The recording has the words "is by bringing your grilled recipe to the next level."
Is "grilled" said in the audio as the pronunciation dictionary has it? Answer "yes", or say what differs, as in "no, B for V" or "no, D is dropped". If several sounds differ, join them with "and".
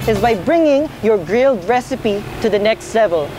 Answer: yes